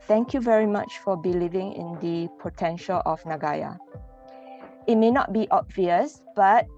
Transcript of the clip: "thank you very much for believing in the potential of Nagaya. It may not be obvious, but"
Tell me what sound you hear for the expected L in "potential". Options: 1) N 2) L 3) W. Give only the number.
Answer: 2